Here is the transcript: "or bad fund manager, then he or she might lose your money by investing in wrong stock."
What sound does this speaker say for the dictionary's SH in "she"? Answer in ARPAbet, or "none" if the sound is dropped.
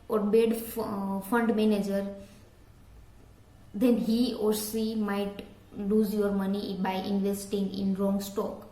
S